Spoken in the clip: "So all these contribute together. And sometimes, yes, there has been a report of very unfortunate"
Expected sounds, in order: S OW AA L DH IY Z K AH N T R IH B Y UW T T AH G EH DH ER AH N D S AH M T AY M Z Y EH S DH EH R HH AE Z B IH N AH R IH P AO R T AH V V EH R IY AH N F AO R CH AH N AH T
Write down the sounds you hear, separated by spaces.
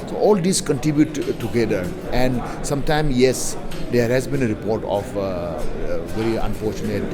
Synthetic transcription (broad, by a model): S OW AA L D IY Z K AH N T R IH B Y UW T T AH G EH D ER AH N D S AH M T AY M Y EH S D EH R HH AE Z B IH N AH R IH P AO R T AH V V EH R IY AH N F AO R CH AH N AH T